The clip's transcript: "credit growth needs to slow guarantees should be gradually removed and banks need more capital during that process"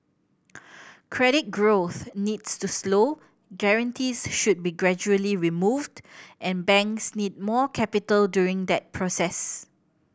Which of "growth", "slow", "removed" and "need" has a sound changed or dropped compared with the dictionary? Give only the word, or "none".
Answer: none